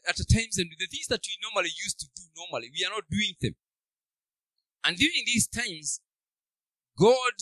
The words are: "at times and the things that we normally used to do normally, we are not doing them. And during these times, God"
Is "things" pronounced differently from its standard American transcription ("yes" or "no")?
no